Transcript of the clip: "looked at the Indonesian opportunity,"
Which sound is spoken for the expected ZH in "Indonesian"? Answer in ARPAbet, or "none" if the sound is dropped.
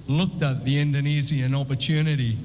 Z